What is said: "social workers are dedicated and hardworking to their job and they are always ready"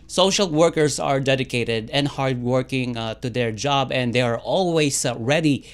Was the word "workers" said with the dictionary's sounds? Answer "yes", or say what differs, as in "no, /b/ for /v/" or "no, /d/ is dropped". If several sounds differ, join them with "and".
no, /s/ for /z/